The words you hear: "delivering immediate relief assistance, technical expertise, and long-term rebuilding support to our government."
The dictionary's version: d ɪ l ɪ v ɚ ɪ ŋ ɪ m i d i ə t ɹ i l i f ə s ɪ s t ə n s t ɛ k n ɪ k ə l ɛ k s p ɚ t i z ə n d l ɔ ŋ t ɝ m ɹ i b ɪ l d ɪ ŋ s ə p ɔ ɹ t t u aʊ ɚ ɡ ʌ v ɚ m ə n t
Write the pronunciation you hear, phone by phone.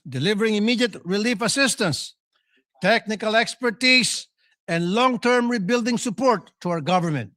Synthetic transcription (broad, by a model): d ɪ l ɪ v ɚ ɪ ŋ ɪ m i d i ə t ɹ i l i f ə s ɪ s t ə n s t ɛ k n ɪ k ə l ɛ k s p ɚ t i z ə n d l ɔ ŋ t ɝ m ɹ i b ɪ l d ɪ ŋ s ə p ɔ ɹ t t u aʊ ɚ ɡ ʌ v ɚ m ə n t